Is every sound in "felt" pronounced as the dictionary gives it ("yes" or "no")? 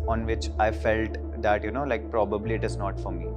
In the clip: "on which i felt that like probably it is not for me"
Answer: yes